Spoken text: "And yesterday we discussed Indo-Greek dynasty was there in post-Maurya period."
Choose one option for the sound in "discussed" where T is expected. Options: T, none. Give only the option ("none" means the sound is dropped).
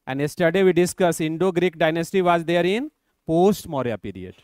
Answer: none